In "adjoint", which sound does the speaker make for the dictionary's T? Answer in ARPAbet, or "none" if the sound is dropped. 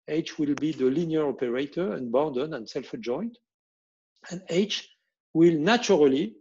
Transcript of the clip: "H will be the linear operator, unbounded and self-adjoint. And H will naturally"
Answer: T